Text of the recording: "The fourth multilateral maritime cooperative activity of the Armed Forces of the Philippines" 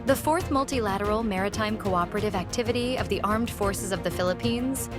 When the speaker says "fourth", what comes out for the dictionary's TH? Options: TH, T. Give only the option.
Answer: TH